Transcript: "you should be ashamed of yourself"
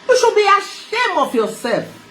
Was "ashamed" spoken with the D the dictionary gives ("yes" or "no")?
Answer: no